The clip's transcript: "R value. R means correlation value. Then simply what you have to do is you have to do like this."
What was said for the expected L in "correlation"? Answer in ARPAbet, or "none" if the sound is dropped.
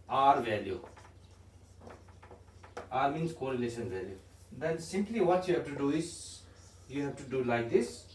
L